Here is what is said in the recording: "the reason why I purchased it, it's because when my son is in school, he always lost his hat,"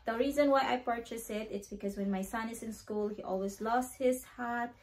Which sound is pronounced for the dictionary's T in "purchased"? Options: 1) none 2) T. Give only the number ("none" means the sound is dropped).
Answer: 1